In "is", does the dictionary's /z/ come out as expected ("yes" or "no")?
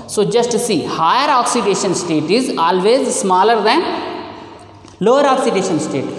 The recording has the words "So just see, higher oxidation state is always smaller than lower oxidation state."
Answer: yes